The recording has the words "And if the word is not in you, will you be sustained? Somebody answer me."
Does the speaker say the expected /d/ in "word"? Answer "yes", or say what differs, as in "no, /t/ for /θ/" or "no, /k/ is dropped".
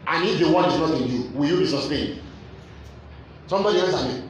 no, /d/ is dropped